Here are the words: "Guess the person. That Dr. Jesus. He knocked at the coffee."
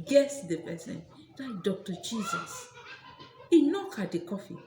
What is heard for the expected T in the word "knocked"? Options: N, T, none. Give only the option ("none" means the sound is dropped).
none